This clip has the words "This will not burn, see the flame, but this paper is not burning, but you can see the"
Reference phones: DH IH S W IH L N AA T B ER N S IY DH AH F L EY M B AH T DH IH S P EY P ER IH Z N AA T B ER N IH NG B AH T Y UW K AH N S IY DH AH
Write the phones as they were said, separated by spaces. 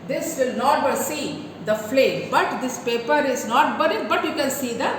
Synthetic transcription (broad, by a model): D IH S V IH L N AA T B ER S IY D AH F L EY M B AH T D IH S P EY P ER IH Z N AA T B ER IH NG B AH T Y UW K AH N S IY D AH